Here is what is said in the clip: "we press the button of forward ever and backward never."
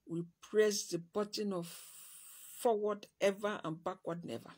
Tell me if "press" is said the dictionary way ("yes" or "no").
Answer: yes